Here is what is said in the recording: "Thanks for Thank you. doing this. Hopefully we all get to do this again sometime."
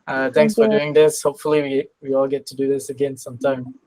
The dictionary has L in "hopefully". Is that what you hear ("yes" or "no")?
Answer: no